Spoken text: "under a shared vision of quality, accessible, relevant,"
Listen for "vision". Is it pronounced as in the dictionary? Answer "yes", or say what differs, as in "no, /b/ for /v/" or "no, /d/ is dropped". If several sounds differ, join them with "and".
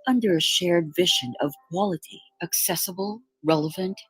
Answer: yes